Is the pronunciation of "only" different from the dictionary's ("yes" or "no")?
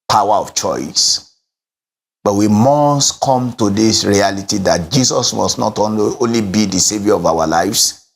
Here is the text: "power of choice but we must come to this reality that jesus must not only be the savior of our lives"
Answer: no